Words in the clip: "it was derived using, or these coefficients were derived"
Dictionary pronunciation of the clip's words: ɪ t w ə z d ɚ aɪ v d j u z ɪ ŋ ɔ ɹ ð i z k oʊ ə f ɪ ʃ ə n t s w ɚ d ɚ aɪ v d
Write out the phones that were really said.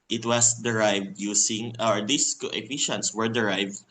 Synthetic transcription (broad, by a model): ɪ t w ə s d ɚ aɪ v d j u s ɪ ŋ ɔ ɹ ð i s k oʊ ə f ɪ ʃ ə n t s w ɚ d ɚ aɪ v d